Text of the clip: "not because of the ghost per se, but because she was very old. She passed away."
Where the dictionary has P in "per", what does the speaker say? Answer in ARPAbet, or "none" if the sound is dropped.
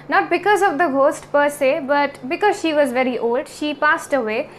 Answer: P